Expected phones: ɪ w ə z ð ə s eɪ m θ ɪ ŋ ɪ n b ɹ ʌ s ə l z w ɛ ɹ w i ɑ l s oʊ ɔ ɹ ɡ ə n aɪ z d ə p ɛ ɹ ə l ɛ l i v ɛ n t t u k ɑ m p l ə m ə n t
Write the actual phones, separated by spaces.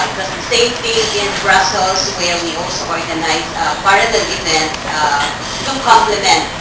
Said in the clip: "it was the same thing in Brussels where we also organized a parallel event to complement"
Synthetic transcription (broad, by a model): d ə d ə s eɪ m t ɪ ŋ ɪ n b ɹ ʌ s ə l s w ɛ ɹ w i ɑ l s oʊ ɔ ɹ ɡ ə n aɪ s ə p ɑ ɹ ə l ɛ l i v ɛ n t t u k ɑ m p l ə m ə n t